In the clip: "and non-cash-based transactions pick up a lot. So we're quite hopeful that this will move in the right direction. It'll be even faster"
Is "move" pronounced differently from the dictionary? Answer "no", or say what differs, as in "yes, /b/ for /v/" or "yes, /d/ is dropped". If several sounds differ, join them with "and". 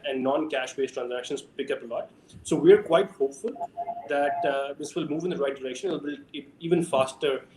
no